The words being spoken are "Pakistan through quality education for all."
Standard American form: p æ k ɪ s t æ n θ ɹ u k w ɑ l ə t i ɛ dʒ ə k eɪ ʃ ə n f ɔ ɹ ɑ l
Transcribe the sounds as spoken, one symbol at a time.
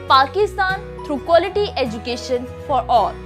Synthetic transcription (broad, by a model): p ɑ k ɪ s t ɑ n t ɹ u k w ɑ l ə t i ɛ dʒ ə k eɪ ʃ ə n f ɔ ɹ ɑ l